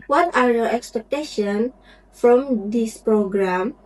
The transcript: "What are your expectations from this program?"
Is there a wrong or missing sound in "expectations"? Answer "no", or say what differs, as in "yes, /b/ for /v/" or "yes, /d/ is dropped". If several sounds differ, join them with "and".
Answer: yes, /z/ is dropped